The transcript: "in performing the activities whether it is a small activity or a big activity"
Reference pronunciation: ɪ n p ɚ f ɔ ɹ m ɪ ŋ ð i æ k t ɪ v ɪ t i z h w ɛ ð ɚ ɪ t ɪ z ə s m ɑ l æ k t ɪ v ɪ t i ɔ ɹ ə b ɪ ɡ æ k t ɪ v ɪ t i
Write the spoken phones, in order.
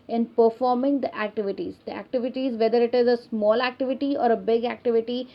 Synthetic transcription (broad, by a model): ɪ n p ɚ f ɔ ɹ m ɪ ŋ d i æ k t ɪ v ɪ t i z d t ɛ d ɚ ɪ t ɪ z ə s m ɑ l æ k t ɪ v ɪ t i ɔ ɹ ə b ɪ ɡ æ k t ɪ v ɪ t i